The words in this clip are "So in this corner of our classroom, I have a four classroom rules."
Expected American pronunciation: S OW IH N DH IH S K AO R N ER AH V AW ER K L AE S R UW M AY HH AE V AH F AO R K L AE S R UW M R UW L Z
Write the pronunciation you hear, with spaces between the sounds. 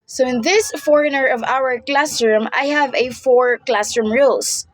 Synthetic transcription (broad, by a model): S OW IH N DH IH S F AO R N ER AH V AW ER K L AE S R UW M AY HH AE V AH F AO R K L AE S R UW M R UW L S